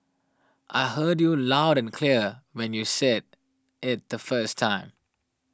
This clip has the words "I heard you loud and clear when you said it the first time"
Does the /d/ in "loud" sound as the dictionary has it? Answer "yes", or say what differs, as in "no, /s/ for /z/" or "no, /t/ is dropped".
yes